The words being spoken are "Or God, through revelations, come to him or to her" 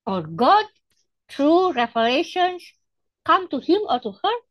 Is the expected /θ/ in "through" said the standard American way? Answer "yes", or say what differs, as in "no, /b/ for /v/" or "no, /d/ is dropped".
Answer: no, /t/ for /θ/